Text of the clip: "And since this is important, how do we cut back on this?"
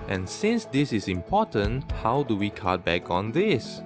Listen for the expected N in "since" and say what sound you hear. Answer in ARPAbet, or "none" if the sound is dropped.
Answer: N